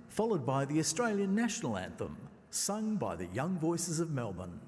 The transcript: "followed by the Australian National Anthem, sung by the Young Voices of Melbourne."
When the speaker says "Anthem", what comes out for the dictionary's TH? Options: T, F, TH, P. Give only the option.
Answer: TH